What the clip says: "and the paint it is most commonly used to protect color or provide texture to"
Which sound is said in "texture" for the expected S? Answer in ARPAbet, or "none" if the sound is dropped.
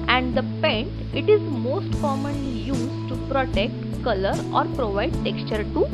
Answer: S